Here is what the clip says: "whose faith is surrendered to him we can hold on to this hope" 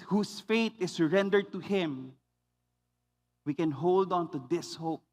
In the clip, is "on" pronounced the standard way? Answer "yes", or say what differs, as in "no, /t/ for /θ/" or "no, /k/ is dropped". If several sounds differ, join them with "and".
yes